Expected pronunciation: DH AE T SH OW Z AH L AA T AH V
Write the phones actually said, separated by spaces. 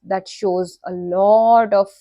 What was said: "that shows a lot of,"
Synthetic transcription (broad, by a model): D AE T SH OW Z AH L AA T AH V